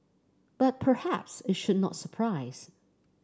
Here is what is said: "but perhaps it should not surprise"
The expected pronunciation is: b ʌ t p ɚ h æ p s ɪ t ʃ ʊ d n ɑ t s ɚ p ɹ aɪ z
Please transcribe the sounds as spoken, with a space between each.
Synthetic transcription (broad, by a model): b ʌ t p ɚ h æ p s ɪ t ʃ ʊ d n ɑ t s ɚ p ɹ aɪ z